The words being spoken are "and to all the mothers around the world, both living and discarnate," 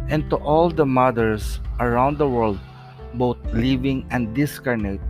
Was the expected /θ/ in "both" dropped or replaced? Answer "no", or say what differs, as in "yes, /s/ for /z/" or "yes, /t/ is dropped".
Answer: yes, /t/ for /θ/